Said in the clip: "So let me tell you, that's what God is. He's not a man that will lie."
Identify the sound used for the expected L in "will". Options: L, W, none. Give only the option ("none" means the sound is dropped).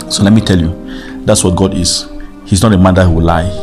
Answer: W